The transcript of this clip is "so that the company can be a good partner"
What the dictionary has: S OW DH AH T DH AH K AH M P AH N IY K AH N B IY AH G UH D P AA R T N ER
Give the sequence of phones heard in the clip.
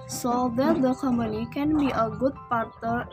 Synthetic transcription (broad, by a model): S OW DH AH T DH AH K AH M AH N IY K AH N B IY AH G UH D P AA R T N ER